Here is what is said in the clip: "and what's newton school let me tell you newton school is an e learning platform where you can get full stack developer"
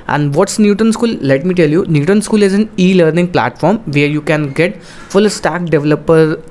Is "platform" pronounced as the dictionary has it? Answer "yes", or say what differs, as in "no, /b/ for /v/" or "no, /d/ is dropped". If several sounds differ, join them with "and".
yes